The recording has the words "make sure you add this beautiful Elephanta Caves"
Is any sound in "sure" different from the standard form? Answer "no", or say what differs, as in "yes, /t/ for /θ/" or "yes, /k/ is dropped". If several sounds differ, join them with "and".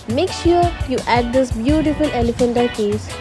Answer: no